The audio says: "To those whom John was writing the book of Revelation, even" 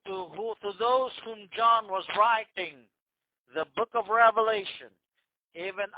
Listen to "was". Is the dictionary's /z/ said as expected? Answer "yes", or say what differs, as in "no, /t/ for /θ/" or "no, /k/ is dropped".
yes